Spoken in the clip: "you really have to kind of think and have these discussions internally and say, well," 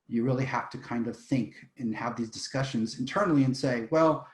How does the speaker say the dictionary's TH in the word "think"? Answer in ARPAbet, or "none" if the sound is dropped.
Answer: TH